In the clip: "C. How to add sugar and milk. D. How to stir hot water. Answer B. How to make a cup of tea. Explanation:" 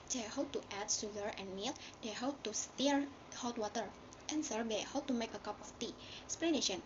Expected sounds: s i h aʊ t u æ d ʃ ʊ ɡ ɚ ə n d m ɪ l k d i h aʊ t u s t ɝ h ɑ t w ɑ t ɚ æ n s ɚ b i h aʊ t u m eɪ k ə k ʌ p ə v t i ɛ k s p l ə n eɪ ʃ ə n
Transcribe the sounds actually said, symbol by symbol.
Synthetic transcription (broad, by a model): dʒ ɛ h aʊ t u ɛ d s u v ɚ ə n m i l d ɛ h aʊ t u s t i h ɑ t w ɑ t ɚ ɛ n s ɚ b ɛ h aʊ t u m eɪ k ə k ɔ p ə f t i s p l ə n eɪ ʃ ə n